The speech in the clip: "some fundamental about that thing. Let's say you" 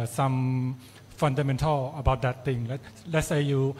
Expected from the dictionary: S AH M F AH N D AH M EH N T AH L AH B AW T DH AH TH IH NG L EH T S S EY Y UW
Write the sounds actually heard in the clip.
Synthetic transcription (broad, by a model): S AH M F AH N D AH M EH N T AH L AH B AW T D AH T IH NG L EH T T S EY Y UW